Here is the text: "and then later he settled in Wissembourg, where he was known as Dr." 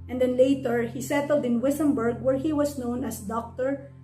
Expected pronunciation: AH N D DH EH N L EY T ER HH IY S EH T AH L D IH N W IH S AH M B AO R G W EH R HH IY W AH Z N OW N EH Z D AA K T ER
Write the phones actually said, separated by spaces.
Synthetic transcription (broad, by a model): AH N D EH N L EY T ER HH IY S EH T AH L D IH N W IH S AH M B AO R G W EH R HH IY W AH S N OW N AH S D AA K T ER